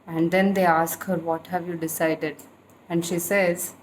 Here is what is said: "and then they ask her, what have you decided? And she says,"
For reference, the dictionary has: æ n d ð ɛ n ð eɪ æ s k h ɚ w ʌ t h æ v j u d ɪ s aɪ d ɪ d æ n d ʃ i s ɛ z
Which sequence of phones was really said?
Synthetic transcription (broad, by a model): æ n d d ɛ n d eɪ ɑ s k h ɚ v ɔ t h æ v j u d ɪ s aɪ d ɪ d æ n d ʃ i s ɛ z